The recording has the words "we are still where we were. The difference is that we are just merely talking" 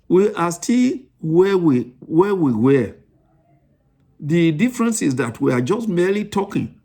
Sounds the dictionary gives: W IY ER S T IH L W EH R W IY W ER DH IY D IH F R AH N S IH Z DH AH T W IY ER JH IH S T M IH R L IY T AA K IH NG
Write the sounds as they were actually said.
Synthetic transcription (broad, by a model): W IY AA S T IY L W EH W W IY W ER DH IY D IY F R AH N S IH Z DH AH T W IY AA JH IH S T M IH L IY T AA K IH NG